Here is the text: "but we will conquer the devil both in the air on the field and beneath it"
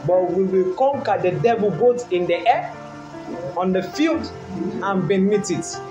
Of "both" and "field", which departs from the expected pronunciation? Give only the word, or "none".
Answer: both